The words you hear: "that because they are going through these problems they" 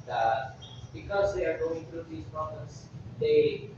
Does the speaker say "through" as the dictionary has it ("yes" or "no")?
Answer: no